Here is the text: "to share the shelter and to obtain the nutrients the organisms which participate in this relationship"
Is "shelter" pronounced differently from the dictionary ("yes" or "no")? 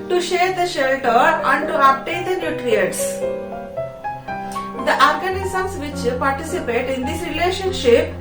no